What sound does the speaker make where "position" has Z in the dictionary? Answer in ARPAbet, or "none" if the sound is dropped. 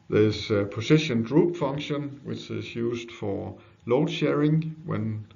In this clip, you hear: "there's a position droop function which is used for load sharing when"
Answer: S